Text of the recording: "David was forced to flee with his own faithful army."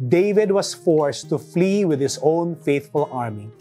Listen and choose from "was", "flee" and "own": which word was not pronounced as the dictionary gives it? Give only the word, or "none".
was